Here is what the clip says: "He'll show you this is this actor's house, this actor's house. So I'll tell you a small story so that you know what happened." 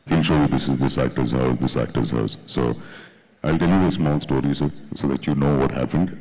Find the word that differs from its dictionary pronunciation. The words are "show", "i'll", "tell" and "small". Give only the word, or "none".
none